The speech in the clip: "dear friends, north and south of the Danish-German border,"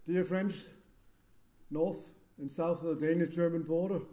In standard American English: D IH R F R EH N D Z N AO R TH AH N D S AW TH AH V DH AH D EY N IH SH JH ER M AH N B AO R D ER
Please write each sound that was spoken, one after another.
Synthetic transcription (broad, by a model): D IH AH F R EH N D Z N AO R TH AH N S AW TH AH V DH AH D EY N IH SH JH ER M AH N B AO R D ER